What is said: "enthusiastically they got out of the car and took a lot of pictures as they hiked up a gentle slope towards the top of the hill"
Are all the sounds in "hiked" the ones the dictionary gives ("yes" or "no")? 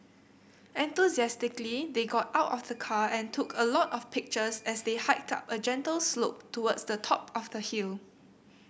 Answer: yes